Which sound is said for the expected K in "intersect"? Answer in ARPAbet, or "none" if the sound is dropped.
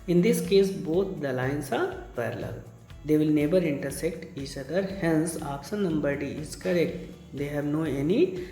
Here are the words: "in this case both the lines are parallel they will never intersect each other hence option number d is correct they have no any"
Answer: K